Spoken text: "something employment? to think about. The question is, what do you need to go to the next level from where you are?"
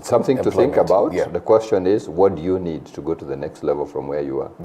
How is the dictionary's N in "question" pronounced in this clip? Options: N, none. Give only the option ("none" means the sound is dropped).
N